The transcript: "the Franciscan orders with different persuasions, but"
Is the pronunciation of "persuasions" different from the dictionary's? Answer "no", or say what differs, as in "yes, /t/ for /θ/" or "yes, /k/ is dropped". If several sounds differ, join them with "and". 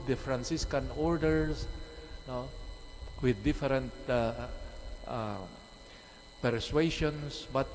yes, /ʃ/ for /ʒ/ and /s/ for /z/